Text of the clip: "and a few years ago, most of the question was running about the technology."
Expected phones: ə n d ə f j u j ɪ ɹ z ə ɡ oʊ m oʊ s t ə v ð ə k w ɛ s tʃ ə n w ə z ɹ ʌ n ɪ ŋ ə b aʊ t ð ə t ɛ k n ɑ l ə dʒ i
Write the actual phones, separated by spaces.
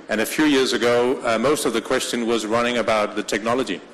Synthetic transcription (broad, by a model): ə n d ə f j u j ɪ ɹ z ə ɡ oʊ m oʊ s t ə v ð ə k w ɛ s tʃ ə n w ə z ɹ ʌ n ɪ ŋ ə b aʊ t ð ə t ɛ k n ɑ l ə dʒ i